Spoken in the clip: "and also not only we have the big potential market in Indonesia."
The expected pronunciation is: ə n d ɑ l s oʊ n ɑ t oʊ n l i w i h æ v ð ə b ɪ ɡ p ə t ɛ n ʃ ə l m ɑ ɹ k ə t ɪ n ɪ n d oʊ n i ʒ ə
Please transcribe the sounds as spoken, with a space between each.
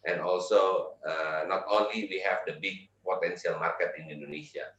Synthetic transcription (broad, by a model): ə n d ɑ l s oʊ n ɑ t oʊ n l i w i h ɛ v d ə b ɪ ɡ p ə t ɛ n s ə l m ɑ ɹ k ə t ɪ n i n d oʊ n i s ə